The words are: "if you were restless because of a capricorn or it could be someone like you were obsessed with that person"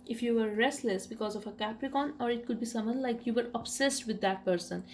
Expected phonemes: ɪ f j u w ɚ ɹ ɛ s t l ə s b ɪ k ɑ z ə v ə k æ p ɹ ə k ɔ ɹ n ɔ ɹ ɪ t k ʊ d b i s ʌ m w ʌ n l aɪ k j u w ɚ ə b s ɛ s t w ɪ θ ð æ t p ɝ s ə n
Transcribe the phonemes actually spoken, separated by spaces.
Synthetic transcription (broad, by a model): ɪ f j u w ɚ ɹ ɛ s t l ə s b ɪ k ɑ z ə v ə k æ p ɹ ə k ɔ n ɔ ɹ ɪ t k ʊ d b i s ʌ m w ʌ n l aɪ k j u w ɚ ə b s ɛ s t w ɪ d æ t p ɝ s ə n